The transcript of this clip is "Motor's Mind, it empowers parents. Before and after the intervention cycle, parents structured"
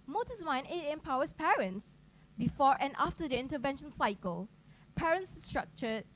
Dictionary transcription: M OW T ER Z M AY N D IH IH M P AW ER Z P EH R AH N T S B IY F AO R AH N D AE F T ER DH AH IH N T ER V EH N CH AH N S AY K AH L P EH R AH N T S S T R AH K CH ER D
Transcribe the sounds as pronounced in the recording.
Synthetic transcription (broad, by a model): M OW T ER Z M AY N IH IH M P AW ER S P EH R AH N T S B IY F AO R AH N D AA F T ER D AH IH N T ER V EH N SH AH N S AY K AH L P EH R AH N T S S T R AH K CH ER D